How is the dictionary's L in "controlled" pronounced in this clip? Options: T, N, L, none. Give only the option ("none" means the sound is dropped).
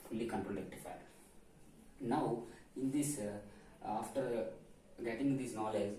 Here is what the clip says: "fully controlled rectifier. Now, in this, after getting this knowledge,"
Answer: none